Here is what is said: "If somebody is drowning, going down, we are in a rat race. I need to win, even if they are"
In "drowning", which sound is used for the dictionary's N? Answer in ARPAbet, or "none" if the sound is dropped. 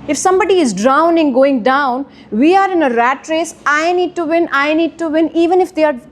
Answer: N